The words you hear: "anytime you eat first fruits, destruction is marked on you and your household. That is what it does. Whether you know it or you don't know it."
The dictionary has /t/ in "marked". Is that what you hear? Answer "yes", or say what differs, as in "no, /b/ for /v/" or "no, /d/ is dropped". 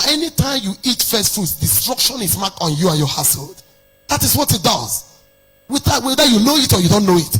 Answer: no, /t/ is dropped